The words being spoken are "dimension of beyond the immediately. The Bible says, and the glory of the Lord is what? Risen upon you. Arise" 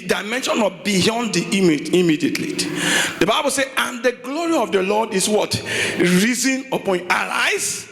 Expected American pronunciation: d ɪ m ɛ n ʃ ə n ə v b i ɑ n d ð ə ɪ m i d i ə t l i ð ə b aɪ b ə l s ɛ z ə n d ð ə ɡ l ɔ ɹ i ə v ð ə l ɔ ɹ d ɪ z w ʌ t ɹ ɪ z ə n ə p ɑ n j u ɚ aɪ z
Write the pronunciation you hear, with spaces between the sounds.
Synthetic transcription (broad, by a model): d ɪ m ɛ n ʃ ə n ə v b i ɑ n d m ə ɪ m i d i ə t l i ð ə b aɪ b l s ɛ ə n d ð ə ɡ l ɔ ɹ i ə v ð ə l ɔ d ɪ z w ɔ t ɹ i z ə n ə p ɑ n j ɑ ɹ aɪ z